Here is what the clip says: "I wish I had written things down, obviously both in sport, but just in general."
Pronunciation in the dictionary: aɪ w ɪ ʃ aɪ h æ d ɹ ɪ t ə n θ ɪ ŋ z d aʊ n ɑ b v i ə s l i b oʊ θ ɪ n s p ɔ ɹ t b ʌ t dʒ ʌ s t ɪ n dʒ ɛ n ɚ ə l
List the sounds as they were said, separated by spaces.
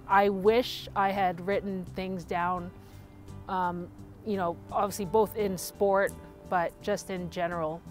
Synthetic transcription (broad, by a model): aɪ w ɪ ʃ aɪ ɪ d ɹ ɪ t n θ ɪ ŋ z d aʊ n ɑ b v i ə s l i b oʊ θ ɪ n s p ɔ ɹ t b ʌ t dʒ ʌ s t ɪ n dʒ ɛ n ɚ l